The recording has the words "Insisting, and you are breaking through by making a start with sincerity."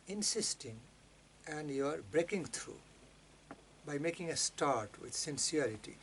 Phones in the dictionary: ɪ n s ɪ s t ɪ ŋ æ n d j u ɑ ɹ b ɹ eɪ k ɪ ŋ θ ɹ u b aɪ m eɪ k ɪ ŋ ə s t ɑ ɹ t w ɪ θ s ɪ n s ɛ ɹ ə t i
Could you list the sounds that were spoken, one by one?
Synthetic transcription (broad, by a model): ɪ n s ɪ s t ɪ ŋ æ n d j u ɑ ɹ b ɹ eɪ k ɪ ŋ t ɹ u b aɪ m eɪ k ɪ ŋ ə s t ɑ ɹ t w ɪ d s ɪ n s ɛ ɹ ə t i